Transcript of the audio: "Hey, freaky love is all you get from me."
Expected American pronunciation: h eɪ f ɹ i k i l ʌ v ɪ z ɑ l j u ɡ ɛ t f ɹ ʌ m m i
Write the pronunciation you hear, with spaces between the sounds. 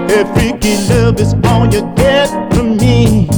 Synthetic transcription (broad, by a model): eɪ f ɹ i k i l ʌ v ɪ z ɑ n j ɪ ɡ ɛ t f ɹ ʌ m m i